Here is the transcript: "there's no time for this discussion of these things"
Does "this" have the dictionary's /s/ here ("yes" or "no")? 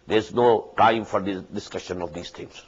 no